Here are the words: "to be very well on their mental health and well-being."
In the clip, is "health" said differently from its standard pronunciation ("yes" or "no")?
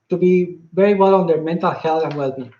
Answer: yes